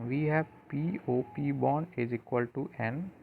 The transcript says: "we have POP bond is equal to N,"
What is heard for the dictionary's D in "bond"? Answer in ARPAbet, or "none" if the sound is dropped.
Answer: none